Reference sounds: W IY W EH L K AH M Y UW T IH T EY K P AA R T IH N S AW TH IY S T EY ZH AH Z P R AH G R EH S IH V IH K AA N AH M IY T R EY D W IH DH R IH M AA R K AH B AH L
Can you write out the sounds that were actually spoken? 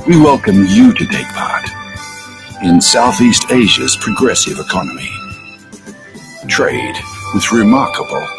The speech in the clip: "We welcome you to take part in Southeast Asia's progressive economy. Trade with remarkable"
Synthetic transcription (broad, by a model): W IY W EH L K AH M Y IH T IH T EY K P AA R T IH N S AW TH IY S T EY ZH AH Z P R AH G R EH S IH V IH K AA N AH M IY T R EY D W IH DH R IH M AA R K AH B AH L